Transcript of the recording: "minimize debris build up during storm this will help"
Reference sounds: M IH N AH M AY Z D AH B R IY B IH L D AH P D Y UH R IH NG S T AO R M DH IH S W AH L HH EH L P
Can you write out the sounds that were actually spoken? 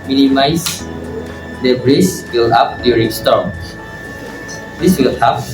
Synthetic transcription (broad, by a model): M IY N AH M AY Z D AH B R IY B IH L AA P D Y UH R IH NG S T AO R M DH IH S W AH L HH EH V